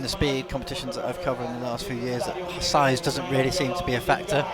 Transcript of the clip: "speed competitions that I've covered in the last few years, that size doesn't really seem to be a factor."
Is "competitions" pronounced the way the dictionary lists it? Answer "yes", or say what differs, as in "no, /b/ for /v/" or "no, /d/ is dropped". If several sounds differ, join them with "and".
yes